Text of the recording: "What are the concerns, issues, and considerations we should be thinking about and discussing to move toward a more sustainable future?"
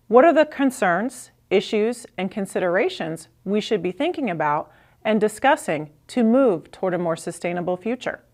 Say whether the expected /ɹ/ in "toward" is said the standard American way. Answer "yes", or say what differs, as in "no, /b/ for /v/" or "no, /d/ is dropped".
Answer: yes